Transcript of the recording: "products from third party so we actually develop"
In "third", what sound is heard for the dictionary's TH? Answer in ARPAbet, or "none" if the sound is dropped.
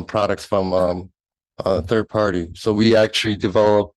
TH